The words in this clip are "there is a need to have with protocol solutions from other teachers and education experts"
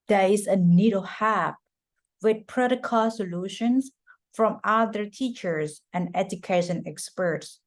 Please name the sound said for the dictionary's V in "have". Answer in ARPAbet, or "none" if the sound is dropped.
P